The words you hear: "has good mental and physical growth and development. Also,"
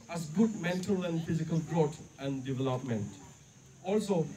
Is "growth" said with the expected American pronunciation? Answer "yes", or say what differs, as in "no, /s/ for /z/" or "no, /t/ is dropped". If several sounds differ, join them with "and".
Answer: no, /t/ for /θ/